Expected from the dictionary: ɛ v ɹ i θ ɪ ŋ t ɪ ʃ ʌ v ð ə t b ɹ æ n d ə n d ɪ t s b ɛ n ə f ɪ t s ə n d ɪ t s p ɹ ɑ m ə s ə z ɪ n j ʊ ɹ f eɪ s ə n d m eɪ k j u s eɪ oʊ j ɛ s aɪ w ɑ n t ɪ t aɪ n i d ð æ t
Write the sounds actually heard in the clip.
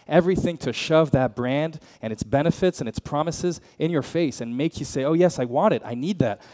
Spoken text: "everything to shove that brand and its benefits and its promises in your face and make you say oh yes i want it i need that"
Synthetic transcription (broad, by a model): ɛ v ɹ i θ ɪ ŋ t ɪ ʃ ʌ v ð ə t b ɹ æ n d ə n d ɪ t s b ɛ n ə f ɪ t s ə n ɪ t s p ɹ ɑ m ə s ə z ɪ n j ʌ ɹ f eɪ s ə n m eɪ k j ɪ s eɪ oʊ j ɛ s aɪ w ɑ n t ɪ t aɪ n i d ð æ t